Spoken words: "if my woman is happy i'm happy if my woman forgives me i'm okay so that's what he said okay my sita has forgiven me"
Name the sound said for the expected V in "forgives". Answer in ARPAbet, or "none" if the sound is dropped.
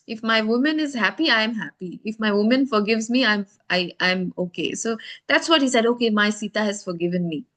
V